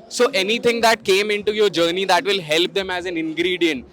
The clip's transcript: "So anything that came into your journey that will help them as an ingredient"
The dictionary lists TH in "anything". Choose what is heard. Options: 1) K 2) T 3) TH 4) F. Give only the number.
2